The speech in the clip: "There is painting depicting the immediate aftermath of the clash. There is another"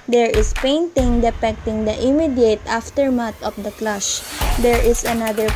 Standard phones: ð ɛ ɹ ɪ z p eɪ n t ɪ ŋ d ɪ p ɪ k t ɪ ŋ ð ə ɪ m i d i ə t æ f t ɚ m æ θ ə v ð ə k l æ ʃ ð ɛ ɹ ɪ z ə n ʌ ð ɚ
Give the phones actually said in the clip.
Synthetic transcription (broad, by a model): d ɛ ɹ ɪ s p eɪ n t ɪ ŋ d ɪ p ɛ k t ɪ ŋ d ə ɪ m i d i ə t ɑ f t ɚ m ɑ t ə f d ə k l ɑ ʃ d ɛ ɹ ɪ s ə n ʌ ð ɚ